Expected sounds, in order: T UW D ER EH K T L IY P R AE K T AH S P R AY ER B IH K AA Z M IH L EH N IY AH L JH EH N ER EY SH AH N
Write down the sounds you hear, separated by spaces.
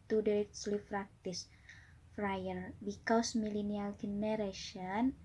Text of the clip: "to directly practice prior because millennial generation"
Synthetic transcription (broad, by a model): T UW D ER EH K S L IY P R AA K T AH S F R AY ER B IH K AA S M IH L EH N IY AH L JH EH N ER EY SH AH N